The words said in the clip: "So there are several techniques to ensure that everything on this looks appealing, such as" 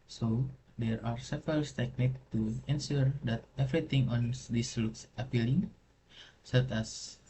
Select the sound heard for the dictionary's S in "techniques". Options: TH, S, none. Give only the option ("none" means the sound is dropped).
none